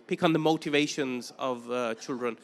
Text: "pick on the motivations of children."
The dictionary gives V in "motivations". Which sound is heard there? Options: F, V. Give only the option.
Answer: V